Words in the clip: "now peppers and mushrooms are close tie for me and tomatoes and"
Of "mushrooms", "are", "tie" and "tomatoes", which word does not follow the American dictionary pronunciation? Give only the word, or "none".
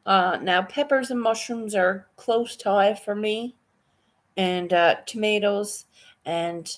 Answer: none